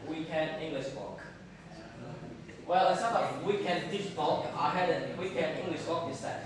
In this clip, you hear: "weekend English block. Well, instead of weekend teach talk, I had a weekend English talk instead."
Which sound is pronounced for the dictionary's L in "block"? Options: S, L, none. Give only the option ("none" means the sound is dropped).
none